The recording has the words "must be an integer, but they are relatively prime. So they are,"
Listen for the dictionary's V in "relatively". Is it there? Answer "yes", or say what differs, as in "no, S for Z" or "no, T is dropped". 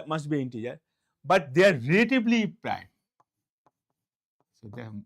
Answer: no, B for V